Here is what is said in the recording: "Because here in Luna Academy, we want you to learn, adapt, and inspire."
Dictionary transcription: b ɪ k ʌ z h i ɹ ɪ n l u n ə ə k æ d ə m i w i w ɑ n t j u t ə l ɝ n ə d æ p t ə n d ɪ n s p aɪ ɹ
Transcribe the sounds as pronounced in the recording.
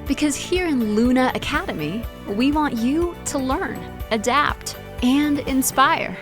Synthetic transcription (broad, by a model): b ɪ k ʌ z h i ɹ ɪ n l u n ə ə k æ d ə m i w i w ɑ n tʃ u t ə l ɝ n ə d æ p t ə n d ɪ n s p aɪ ɹ